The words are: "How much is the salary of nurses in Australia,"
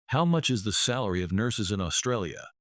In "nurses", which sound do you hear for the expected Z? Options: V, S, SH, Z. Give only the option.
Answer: Z